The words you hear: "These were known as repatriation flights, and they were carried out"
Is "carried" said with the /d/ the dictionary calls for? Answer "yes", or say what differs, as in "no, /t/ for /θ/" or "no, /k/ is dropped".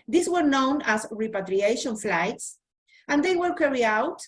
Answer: no, /d/ is dropped